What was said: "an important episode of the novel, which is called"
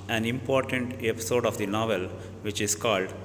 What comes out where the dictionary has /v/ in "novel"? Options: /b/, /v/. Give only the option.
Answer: /v/